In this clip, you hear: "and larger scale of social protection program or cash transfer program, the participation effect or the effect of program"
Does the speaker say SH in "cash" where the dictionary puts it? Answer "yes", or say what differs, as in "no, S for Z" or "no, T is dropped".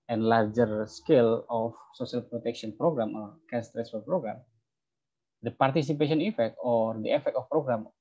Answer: no, S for SH